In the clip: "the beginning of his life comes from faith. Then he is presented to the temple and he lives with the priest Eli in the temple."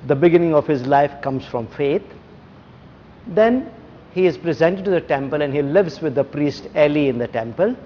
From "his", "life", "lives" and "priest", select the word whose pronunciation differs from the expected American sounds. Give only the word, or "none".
none